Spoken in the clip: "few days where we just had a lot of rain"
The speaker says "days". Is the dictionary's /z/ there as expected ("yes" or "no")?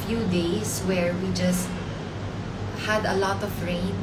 no